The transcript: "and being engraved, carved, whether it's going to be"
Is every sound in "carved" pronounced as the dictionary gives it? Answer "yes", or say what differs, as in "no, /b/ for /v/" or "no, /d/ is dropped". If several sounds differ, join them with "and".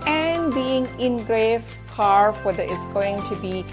no, /f/ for /v/